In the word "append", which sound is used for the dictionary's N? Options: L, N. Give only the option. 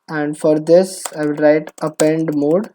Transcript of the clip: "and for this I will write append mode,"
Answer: N